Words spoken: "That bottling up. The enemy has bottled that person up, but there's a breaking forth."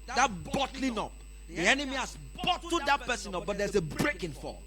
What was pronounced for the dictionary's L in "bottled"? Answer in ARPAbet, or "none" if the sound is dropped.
none